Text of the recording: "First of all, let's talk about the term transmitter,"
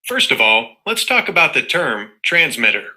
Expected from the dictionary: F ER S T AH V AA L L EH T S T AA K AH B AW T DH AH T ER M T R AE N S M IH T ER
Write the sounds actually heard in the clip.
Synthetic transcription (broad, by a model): F ER S T AH V AA L L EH T S T AA K AH B AW T DH AH T ER M T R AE N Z M IH T ER